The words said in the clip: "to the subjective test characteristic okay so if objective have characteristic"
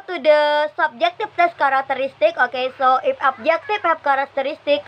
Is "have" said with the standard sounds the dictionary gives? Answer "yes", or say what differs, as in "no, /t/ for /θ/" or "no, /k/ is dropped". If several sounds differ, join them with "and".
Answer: no, /p/ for /v/